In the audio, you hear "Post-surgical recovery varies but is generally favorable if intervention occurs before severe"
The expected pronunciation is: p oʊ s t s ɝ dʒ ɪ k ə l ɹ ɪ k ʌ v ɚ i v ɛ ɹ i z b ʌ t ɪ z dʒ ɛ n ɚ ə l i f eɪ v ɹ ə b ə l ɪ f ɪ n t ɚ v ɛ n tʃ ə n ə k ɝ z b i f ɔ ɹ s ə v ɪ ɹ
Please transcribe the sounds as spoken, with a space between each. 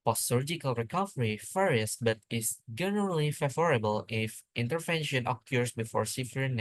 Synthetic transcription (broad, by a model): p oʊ s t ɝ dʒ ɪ k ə l ɹ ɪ k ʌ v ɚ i f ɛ ɹ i s b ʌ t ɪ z dʒ ɛ n ɚ ə l i f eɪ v ɹ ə b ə l ɪ f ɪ n t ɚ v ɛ n ʃ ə n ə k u s b i f ɔ ɹ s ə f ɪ ɹ